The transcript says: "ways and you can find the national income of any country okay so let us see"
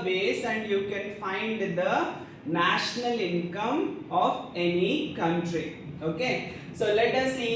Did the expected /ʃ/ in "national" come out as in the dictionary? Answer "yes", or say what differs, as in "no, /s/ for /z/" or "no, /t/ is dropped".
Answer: yes